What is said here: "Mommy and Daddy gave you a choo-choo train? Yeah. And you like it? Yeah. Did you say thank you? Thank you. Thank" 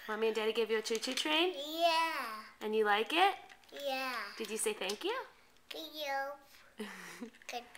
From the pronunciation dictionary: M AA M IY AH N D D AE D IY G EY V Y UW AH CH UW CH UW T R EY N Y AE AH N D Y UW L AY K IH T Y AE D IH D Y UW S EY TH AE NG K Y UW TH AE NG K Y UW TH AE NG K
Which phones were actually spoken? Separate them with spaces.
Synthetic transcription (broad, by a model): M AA M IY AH N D D AE D IY G EY V Y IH AH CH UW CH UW T R EY N Y AE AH N Y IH L AY K IH T Y AE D IH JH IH S EY TH AE NG K Y UW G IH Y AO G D